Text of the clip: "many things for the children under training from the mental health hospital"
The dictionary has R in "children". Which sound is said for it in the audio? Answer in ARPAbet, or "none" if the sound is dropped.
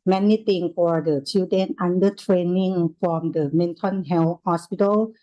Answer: none